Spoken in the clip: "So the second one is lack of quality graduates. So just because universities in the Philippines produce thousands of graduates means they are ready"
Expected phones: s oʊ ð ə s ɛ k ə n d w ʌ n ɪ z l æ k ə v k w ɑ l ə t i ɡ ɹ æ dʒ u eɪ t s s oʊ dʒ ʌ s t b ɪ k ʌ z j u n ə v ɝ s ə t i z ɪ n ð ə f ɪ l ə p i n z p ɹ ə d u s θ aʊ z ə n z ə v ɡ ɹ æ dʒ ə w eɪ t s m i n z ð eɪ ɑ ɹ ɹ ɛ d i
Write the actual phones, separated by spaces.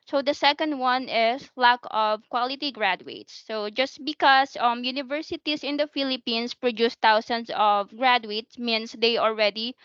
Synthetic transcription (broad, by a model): s oʊ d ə s ɛ k ə n d w ʌ n ɪ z l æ k ə v k w ɑ l ə t i ɡ ɹ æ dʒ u eɪ t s s oʊ dʒ ʌ s t b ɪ k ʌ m j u n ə v ɝ s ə t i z ɪ n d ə f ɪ l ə p i n s p ɹ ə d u s t aʊ s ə n s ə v ɡ ɹ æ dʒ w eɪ t s m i n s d eɪ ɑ l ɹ ɛ d i